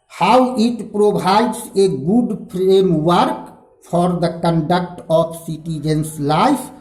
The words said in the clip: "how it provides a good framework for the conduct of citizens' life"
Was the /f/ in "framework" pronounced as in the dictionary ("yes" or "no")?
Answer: no